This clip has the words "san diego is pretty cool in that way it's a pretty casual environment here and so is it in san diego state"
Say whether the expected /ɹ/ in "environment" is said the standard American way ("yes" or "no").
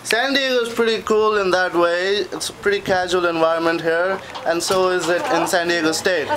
yes